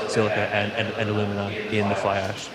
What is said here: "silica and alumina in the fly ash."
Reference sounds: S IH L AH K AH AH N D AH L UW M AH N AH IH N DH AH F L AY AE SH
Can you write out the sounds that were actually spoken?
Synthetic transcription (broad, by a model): S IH L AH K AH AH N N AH L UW M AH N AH IH N DH AH F L AY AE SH